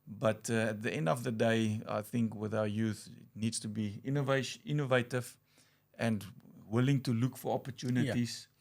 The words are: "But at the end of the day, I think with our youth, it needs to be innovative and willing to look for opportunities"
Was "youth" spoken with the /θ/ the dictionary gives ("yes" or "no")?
yes